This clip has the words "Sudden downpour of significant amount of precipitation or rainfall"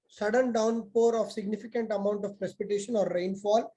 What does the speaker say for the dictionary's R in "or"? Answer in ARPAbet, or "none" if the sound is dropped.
R